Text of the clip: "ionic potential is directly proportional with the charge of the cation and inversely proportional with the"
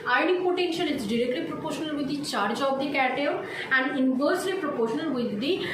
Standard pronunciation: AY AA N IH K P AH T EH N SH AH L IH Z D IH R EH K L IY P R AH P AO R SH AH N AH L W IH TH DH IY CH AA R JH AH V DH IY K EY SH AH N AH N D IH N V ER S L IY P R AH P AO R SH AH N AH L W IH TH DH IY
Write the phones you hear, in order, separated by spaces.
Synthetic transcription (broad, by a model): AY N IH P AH T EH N SH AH N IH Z D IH R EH K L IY P R AH P AO R SH AH N AH L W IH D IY CH AA R JH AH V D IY K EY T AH AH N D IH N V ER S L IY P R AH P AO R SH AH N AH L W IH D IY